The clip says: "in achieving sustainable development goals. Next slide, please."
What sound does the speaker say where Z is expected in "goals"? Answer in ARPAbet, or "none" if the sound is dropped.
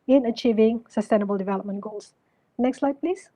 S